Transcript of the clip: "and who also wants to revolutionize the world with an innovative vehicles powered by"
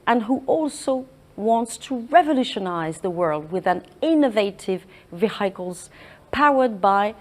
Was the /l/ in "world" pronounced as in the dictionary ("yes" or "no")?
yes